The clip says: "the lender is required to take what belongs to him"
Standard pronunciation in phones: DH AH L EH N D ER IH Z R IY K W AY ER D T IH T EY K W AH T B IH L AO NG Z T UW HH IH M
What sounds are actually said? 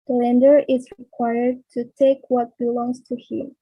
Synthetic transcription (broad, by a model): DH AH L EH N D ER IH Z R IY K W AY ER D T IH T EY K W AH T B IH L AO NG Z T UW HH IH M